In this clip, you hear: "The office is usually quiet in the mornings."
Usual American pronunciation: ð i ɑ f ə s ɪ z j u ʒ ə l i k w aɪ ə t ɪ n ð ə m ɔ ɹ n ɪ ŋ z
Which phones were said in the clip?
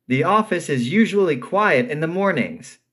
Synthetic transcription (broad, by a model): ð i ɑ f ə s ɪ z j u ʒ ə l i k w aɪ ə t ɪ n ð ə m ɔ ɹ n ɪ ŋ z